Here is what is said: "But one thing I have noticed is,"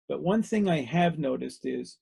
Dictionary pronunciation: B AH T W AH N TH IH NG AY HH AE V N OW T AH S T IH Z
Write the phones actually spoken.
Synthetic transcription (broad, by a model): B AH T W AH N TH IH NG AY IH V N OW T AH S T IH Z